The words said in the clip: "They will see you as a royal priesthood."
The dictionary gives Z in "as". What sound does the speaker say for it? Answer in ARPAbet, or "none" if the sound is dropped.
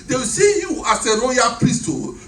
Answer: S